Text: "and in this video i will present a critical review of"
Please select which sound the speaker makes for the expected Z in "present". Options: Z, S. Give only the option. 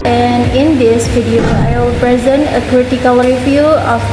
Z